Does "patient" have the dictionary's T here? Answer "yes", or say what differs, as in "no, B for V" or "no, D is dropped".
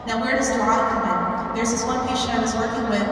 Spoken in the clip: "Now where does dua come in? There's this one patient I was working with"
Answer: no, T is dropped